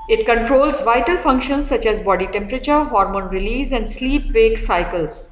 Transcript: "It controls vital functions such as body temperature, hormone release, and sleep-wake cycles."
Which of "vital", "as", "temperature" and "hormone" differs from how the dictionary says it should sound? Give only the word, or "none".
none